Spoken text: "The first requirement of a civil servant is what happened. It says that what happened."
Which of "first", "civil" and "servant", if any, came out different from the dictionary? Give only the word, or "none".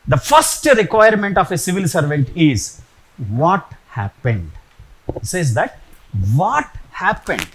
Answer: none